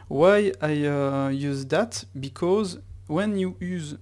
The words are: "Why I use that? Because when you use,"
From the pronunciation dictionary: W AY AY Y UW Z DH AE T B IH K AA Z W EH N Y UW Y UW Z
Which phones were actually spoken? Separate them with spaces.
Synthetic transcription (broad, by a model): W AY AY Y UW Z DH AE T B IH K AA Z W EH N Y UW Y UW Z